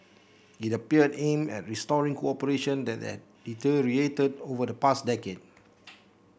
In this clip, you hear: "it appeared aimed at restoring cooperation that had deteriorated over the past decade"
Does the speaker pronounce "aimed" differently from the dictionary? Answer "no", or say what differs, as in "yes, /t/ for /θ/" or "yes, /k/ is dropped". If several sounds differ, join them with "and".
yes, /d/ is dropped